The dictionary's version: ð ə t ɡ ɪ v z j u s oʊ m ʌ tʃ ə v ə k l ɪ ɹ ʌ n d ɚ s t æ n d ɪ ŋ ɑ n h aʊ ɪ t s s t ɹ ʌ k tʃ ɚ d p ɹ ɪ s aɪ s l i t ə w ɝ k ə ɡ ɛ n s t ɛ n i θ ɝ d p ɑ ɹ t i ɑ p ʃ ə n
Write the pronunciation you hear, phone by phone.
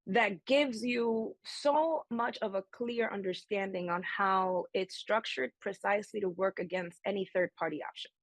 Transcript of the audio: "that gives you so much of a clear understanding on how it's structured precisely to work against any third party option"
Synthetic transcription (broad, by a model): ð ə t ɡ ɪ v z j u s oʊ m ʌ tʃ ə v ə k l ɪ ɹ ʌ n d ɚ s t æ n d ɪ ŋ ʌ n h aʊ ɪ t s s t ɹ ʌ k tʃ ɚ d p ɹ ɪ s aɪ s l i t ə w ɝ k ə ɡ ɛ n s t ɛ n i θ ɝ d p ɑ ɹ t i ɑ p ʃ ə n